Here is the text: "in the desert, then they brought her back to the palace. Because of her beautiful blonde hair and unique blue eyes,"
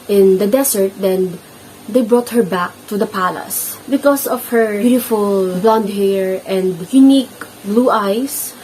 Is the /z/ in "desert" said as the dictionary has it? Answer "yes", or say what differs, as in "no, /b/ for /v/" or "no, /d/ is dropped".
no, /s/ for /z/